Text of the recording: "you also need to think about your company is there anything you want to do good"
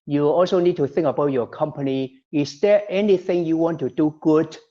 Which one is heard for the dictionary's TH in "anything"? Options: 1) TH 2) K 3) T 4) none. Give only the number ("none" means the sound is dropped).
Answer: 1